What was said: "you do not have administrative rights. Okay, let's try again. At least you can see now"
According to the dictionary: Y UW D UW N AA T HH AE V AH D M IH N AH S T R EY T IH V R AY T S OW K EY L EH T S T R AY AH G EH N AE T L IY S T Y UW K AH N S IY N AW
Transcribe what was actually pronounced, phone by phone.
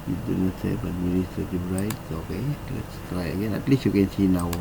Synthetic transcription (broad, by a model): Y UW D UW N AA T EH B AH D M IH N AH S T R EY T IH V R AY T S OW K EY L EH T S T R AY AH G EH N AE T L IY S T Y UW K AH N S IY N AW